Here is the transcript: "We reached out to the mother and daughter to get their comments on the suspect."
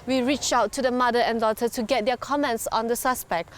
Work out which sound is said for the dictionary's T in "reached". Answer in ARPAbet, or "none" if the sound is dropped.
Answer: none